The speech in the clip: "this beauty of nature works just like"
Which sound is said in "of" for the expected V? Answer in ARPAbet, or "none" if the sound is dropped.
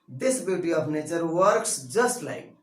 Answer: P